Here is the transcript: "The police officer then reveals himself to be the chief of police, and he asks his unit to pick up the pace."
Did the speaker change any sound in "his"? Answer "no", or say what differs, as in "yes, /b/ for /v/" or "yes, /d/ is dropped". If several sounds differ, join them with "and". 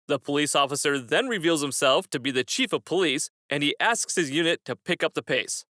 no